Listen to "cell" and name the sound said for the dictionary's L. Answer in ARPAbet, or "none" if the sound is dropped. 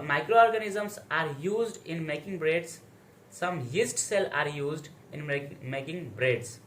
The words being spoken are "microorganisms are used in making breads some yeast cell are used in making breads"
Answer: L